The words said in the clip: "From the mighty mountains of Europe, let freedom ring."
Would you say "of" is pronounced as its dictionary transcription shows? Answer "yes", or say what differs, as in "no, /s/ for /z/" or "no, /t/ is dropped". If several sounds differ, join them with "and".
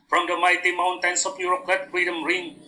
no, /p/ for /v/